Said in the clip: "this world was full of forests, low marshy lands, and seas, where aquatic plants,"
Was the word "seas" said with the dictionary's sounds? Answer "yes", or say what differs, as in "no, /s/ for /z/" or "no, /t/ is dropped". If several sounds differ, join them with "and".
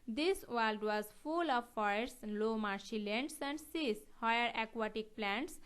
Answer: no, /s/ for /z/